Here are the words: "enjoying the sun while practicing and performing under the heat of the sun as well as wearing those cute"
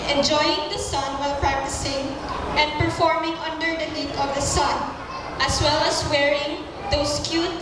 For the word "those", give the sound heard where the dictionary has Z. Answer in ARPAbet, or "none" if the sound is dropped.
S